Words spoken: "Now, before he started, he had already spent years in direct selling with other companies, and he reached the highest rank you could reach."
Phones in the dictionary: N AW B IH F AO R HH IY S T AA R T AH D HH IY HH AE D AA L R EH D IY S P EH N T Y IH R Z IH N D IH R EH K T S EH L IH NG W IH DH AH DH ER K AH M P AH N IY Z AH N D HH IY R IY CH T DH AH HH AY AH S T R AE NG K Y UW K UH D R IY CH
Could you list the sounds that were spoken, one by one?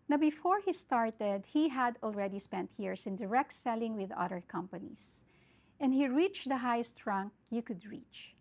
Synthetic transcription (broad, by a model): N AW B IH F AO R HH IY S T AA R T AH D HH IY HH AE D AA L R EH D IY S P EH N T Y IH R S IH N D IH R EH K T S EH L IH NG W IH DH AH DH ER K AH M P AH N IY S AH N D HH IY R IY CH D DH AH HH AY AH S T R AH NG K Y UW K UH D R IY CH